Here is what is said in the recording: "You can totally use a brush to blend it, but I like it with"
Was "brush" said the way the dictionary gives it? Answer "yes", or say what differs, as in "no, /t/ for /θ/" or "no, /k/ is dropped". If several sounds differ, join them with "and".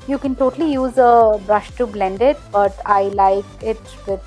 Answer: yes